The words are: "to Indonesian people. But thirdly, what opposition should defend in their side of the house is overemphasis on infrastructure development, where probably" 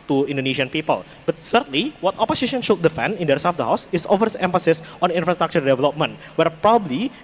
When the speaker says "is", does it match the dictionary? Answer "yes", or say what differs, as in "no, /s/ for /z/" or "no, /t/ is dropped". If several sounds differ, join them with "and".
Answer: no, /s/ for /z/